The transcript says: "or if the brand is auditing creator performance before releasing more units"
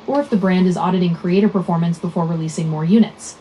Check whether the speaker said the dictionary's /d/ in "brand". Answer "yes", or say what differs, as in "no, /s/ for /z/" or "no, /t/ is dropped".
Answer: yes